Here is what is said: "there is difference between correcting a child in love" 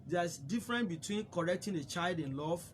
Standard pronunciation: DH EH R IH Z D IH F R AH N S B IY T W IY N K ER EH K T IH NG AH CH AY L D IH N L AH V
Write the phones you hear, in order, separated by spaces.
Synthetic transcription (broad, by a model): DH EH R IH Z D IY F R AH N B IY T W IY N K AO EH K T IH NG AH CH AY L D IH N L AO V